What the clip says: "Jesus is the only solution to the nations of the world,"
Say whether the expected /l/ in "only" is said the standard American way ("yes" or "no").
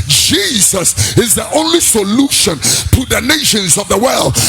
yes